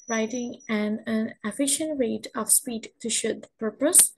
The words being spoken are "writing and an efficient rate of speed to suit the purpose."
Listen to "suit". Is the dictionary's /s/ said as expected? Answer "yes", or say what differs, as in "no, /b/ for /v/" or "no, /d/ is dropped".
no, /ʃ/ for /s/